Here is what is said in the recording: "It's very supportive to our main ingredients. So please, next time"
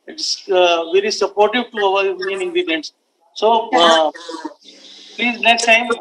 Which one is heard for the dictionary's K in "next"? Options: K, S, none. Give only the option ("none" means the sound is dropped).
K